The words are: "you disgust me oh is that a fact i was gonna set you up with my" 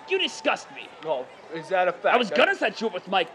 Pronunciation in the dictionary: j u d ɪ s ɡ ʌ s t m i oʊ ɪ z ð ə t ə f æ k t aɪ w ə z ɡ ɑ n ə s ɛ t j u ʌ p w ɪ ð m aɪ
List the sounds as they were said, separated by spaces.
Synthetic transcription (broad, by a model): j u d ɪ s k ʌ s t m i oʊ ɪ z ð ə t ə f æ aɪ w ə z ɡ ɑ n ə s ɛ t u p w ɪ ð m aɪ